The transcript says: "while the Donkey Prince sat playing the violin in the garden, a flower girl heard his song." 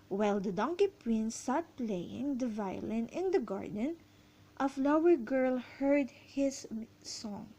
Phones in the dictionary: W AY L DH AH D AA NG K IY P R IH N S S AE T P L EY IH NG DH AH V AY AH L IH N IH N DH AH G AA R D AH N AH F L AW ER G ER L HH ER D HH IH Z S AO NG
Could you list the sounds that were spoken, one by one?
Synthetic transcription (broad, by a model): W AY L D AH D AA NG K IY P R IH N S S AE T P L EY IH NG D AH V AY AH L IH N IH N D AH G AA R D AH N AH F L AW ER G ER L HH ER D HH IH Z S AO NG